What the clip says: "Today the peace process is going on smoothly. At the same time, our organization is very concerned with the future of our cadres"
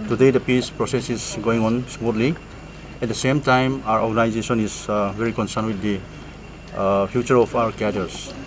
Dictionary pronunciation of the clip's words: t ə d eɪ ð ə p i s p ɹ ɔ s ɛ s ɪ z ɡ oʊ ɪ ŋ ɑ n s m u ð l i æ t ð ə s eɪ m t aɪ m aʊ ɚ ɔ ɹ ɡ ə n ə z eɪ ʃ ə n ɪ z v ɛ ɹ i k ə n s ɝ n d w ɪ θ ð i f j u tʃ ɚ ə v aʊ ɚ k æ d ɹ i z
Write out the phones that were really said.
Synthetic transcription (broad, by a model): t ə d eɪ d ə p i s p ɹ ɔ s ɛ s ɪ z ɡ oʊ ɪ ŋ ɑ n s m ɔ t l i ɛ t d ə s eɪ m t aɪ m aʊ ɚ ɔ ɹ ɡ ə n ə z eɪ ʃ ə n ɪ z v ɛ ɹ i k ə n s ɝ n w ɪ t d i p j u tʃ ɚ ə p aʊ ɚ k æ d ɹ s